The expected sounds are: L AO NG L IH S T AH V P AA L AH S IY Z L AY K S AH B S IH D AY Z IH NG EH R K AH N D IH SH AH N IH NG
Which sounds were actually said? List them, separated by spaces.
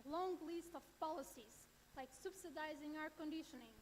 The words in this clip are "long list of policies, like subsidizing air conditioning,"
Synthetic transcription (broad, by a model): L AO NG L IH S T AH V P AA L AH S IY Z L AY K S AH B S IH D AY Z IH NG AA W K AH N D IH SH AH N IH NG